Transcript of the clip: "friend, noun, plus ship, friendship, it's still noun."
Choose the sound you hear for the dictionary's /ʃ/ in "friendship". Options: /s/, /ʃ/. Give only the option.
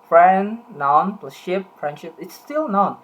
/ʃ/